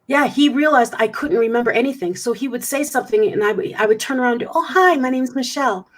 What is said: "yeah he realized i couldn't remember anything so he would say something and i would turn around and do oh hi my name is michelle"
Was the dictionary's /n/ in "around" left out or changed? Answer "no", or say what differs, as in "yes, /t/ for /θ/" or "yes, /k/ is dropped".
yes, /n/ is dropped